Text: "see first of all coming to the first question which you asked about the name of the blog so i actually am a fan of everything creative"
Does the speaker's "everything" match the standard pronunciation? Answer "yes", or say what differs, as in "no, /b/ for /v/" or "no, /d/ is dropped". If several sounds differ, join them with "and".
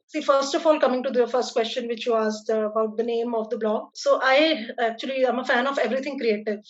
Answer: no, /t/ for /θ/